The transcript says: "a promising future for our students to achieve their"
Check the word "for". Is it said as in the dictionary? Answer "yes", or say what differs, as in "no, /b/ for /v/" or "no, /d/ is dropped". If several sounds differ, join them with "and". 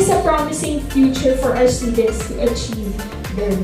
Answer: yes